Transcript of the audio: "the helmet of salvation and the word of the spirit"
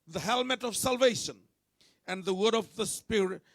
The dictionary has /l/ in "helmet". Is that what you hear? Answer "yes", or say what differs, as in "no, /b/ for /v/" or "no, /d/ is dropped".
yes